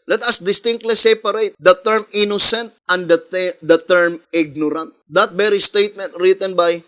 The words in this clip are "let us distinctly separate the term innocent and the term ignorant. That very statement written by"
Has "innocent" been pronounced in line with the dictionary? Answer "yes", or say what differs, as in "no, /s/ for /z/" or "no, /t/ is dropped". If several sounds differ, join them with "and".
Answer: yes